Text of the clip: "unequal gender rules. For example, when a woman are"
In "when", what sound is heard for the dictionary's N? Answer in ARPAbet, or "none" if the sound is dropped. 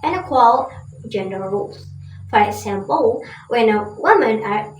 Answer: N